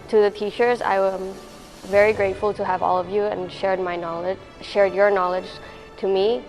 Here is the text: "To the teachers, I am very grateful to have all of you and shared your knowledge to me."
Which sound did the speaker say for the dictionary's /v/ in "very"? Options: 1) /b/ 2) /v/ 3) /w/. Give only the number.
2